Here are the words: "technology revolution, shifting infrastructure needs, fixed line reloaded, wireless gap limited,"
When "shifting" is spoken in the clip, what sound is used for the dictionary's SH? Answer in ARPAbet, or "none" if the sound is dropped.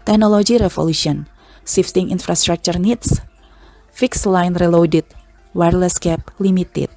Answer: S